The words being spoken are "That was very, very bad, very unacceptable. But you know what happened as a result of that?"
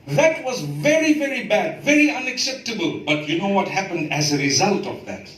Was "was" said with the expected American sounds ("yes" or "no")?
yes